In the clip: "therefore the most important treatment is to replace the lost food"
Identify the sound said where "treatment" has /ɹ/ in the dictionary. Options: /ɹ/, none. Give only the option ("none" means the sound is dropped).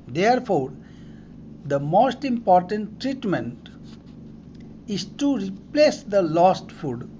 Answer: /ɹ/